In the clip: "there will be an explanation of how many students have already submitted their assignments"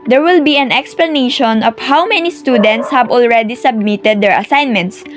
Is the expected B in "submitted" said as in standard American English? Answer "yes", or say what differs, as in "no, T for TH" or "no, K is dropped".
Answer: yes